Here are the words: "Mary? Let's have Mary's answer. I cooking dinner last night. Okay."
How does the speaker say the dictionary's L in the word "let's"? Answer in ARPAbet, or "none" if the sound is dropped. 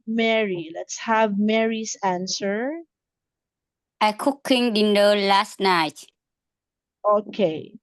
L